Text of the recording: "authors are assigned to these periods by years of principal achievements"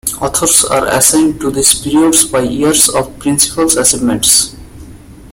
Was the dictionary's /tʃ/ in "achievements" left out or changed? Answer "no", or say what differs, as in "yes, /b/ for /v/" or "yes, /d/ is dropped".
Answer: yes, /s/ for /tʃ/